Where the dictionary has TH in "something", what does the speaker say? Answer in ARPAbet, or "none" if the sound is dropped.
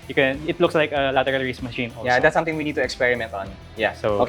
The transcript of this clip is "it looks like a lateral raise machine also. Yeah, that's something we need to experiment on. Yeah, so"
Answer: T